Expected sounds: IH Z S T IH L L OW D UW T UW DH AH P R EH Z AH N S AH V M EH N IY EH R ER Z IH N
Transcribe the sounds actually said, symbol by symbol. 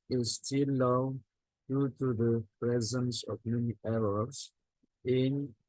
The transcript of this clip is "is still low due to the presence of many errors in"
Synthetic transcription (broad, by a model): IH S T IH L L OW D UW T UW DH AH P R EH Z AH N S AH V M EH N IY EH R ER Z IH N